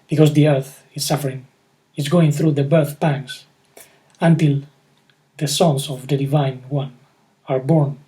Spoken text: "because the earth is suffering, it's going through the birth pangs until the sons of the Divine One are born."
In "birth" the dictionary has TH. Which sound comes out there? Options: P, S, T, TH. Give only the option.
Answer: TH